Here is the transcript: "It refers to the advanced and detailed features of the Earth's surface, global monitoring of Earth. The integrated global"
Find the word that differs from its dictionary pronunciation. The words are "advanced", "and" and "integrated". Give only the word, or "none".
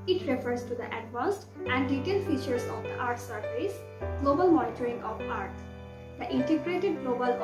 advanced